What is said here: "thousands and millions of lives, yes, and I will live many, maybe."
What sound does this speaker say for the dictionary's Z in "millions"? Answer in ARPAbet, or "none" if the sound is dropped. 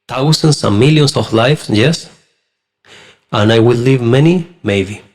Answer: S